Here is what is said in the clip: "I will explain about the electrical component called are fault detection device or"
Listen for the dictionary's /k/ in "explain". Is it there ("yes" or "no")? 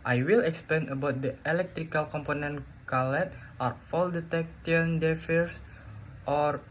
yes